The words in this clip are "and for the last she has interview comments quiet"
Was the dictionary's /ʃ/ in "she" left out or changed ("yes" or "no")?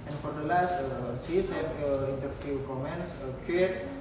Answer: yes